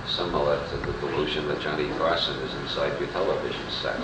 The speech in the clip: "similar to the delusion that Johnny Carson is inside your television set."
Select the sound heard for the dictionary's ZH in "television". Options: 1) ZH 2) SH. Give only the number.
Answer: 1